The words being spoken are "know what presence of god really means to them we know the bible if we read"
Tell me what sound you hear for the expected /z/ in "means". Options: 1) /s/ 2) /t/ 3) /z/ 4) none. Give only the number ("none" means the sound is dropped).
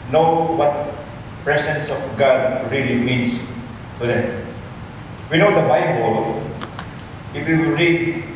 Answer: 1